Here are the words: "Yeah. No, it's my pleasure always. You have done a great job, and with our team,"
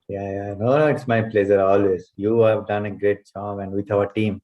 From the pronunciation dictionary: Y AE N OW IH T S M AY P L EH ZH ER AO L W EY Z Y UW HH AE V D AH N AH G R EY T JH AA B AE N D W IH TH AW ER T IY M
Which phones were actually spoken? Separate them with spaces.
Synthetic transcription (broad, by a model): Y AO N OW IH T S M AY P L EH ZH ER AO L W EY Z Y UW HH AE V D AH N AH G R EY T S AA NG AE N D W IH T AW ER T IY M